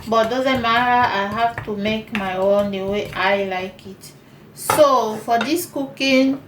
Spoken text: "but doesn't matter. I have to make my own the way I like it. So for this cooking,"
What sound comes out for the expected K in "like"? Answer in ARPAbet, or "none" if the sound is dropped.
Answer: K